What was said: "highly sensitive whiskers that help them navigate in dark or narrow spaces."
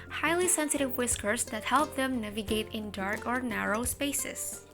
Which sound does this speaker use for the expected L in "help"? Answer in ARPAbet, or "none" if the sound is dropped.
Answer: L